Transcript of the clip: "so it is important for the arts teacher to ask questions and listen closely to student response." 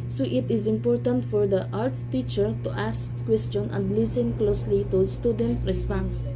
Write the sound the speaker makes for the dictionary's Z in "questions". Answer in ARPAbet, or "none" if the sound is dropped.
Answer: none